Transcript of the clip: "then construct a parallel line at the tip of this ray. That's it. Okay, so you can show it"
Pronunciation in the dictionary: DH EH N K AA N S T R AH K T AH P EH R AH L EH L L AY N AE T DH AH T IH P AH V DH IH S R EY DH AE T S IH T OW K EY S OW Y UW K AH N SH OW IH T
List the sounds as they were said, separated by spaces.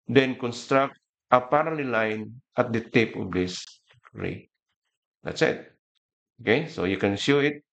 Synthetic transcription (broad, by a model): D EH N K AA N S T R AH K T AH P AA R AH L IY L L AY N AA T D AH T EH P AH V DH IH S R EY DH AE T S IH T OW K EY S OW Y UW K AH N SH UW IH T